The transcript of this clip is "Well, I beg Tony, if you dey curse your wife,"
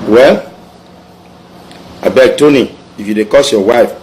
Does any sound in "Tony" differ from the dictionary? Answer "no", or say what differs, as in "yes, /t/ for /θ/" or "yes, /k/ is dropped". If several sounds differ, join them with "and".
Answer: no